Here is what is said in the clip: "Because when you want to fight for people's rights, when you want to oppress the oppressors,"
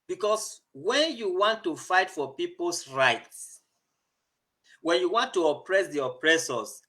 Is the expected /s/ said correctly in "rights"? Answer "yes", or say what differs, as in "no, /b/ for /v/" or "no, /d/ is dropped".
yes